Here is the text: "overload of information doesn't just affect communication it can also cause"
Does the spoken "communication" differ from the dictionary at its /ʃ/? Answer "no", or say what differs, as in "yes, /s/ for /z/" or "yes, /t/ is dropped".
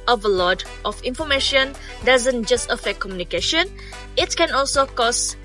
no